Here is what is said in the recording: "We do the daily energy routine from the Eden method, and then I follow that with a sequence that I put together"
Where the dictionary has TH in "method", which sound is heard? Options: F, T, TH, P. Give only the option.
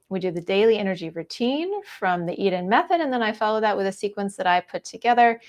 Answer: TH